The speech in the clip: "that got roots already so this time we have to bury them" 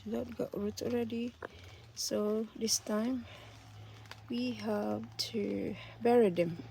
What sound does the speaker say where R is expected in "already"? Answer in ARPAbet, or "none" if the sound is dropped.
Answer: R